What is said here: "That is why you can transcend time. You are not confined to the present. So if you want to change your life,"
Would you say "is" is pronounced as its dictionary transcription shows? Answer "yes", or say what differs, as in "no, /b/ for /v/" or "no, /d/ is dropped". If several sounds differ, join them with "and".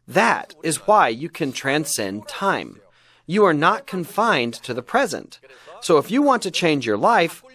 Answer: yes